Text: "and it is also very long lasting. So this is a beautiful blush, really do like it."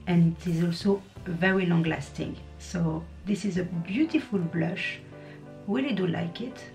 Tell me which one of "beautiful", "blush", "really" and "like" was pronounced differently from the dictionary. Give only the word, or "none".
really